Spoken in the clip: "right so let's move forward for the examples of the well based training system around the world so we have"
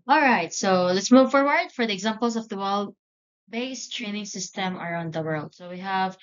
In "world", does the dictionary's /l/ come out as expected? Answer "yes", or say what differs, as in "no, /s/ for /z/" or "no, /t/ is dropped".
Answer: yes